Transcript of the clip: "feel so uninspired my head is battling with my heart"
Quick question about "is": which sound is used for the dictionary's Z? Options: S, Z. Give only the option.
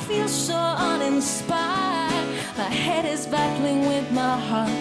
Z